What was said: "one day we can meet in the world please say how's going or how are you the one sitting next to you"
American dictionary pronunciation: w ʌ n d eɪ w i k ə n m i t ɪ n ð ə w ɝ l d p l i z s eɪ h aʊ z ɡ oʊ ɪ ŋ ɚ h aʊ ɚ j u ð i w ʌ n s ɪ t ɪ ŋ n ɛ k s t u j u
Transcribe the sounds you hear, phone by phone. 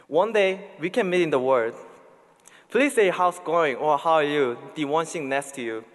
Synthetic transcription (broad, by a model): w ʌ n d eɪ w i k ə n m i t ɪ n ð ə w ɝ d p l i s eɪ h aʊ s ɡ oʊ ɪ ŋ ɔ h aʊ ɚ j u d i w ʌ n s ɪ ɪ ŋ n ɛ k s t u j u